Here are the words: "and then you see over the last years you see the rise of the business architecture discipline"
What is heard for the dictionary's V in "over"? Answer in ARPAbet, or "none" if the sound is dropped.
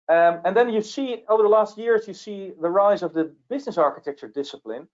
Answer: V